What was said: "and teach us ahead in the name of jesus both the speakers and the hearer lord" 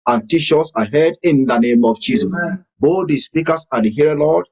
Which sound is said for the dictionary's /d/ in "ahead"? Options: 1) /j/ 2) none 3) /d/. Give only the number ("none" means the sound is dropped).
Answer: 3